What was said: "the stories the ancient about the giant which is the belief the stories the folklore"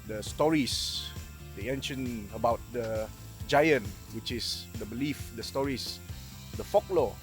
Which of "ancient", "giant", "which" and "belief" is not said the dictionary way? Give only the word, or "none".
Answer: ancient